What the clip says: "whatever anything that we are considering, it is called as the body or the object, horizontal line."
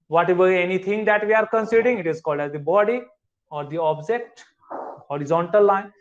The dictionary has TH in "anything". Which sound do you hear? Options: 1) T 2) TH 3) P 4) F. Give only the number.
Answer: 1